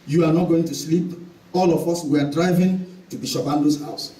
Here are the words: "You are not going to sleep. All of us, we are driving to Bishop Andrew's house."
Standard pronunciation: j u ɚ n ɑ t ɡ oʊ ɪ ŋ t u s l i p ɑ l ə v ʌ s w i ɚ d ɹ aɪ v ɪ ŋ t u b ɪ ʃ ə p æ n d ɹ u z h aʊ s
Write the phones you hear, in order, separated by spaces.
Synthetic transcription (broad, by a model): j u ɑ n ɑ t ɡ oʊ ɪ ŋ t u s l i p ɑ l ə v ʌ s w i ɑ d ɹ aɪ v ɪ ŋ t u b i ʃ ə b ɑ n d u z h aʊ s